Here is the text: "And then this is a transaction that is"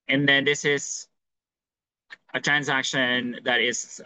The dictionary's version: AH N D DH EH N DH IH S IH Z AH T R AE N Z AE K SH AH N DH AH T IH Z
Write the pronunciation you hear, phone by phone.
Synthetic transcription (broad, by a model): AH N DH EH N DH IH S IH Z AH T R AE N Z AE K SH AH N DH AH T IH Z